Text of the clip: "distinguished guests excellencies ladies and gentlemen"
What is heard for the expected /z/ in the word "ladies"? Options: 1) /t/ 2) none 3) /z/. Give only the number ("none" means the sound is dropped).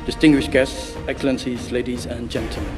3